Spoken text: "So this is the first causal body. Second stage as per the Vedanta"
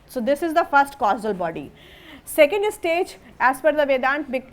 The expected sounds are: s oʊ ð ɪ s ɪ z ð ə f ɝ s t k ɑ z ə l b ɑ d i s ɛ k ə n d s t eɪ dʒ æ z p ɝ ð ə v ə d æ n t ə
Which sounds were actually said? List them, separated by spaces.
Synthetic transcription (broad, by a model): s oʊ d ɪ s ɪ z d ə f ɝ s t k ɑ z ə l b ɑ d i s ɛ k ə n d s t eɪ dʒ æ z f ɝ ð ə v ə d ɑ n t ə